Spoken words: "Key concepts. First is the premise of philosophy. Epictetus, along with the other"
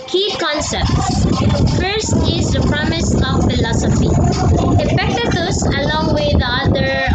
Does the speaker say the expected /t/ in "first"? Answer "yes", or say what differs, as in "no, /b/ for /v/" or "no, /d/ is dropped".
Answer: yes